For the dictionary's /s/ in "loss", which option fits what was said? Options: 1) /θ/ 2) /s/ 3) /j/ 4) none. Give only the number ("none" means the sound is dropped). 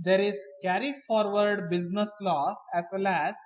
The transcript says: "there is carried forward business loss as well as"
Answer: 4